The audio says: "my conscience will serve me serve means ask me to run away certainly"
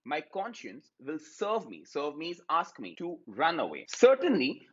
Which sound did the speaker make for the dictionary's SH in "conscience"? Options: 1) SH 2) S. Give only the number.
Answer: 1